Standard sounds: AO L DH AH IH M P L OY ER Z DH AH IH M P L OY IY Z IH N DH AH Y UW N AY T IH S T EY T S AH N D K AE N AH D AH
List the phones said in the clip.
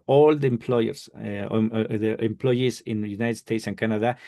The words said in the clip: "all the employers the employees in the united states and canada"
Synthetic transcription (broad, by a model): AO L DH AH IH M P L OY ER S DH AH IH M P L OY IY S IH N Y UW N AY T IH S T EY T S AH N K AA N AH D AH